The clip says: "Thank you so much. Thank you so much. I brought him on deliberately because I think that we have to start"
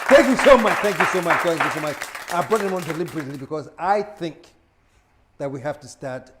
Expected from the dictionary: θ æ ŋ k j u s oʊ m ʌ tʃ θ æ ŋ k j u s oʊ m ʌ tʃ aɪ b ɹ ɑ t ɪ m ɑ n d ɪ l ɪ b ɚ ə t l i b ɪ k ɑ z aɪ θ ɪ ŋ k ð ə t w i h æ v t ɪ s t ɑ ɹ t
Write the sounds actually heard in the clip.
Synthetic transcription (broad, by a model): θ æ ŋ k j u s oʊ m ʌ tʃ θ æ ŋ k j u s oʊ m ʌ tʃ aɪ b ɹ ɑ t ɪ m ɑ n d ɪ l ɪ b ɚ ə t l i b ɪ k ɑ z aɪ θ ɪ ŋ k ð ə t w i h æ f t ɪ s t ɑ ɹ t